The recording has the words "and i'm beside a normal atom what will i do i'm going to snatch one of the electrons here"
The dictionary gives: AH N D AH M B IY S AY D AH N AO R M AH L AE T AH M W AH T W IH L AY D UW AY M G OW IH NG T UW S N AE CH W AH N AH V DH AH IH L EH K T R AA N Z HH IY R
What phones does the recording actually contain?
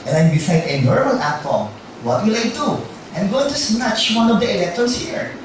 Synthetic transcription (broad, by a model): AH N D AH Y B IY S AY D AH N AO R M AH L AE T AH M W AH T W IH L AY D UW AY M G OW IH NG T UW S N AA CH W AH N AH V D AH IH L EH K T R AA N S HH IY R